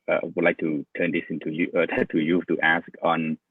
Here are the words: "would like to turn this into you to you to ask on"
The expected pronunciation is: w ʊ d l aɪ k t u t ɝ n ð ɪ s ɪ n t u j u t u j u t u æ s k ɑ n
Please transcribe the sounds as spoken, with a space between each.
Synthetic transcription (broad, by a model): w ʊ d l aɪ k t u t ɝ n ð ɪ s ɪ n t u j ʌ t u j u t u æ s k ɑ n